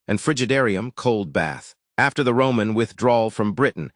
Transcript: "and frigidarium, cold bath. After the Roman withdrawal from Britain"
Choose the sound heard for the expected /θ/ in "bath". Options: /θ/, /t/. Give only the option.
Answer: /θ/